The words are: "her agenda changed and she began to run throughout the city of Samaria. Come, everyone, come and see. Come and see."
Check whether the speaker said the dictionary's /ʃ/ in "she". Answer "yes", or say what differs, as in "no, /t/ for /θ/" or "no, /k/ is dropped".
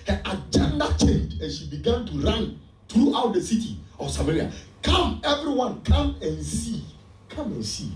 yes